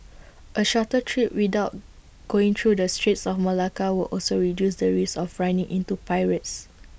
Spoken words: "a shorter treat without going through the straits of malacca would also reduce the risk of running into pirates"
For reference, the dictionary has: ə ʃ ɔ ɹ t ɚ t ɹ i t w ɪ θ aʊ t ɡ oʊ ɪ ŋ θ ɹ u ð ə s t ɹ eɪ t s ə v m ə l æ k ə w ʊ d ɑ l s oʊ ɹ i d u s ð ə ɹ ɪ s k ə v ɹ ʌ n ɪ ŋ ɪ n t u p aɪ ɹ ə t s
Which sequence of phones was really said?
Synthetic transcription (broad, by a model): ə ʃ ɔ t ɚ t ɹ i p w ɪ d aʊ t ɡ oʊ ɪ ŋ t ɹ u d ə s t ɹ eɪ t s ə f m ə l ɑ k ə w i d ɑ l s oʊ ɹ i d u s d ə ɹ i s ə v ɹ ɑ n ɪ ŋ ɪ n t u p aɪ ɹ ə t s